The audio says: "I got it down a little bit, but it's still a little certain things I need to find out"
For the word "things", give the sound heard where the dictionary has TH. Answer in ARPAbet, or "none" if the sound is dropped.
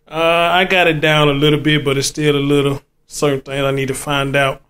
T